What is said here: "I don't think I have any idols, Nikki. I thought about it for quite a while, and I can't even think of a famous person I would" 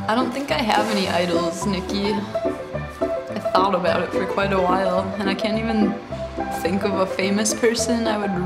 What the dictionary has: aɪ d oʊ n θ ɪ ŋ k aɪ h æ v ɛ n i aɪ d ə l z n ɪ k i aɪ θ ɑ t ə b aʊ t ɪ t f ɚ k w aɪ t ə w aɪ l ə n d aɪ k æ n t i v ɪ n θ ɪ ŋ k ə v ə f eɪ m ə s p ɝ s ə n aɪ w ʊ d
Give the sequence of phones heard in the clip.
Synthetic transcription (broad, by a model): aɪ d oʊ n θ ɪ ŋ k aɪ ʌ v ɛ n i aɪ d l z n ɪ k i aɪ θ ɑ t ə b aʊ t ɪ t f ɚ k w aɪ t ə w aɪ l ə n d aɪ k æ n t i v ɪ n θ ɪ ŋ k ə v ə f eɪ m ə s p ɝ s ə n aɪ w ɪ d